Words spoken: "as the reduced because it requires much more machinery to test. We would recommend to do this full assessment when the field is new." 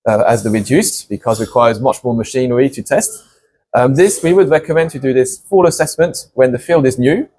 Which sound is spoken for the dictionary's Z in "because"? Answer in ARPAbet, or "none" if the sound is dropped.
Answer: Z